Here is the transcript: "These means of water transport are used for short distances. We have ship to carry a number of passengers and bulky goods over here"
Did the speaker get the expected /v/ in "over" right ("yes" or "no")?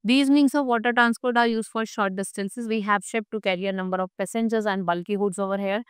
yes